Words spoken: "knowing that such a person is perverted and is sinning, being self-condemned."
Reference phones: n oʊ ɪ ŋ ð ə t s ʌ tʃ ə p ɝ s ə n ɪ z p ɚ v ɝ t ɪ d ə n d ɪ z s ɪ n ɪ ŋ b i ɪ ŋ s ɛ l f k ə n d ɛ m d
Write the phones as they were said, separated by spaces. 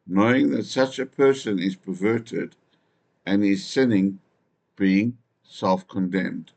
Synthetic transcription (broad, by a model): n oʊ ɪ ŋ ð ə t s ʌ tʃ ə p ɝ s ə n ɪ z p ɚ v ɝ t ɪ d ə n ɪ z s ɪ n ɪ ŋ b i ɪ ŋ s ɛ l f k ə n d ɛ m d